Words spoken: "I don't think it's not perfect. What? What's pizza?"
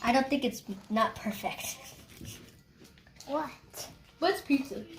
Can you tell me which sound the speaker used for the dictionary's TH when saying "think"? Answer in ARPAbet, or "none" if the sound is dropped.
TH